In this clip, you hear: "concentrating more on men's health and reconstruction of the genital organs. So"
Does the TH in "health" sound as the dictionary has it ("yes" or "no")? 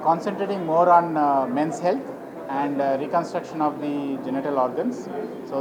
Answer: no